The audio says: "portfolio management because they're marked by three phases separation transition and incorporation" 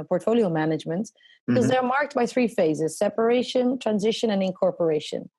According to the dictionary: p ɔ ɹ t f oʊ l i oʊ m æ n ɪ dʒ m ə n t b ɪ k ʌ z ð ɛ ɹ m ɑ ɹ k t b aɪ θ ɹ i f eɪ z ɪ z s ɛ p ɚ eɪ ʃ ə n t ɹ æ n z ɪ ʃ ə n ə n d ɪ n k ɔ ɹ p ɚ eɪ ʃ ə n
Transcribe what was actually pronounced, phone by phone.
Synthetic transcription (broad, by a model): p ɔ ɹ t f oʊ l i oʊ m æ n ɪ dʒ m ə n t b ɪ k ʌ z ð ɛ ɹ m ɑ ɹ k t b aɪ θ ɹ i f eɪ z ɪ z s ɛ p ɚ eɪ ʃ ə n t ɹ æ n z ɪ ʃ ə n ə n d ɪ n k ɔ ɹ p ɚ eɪ ʃ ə n